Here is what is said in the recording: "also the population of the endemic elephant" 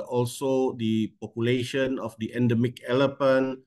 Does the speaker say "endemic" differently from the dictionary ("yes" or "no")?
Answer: no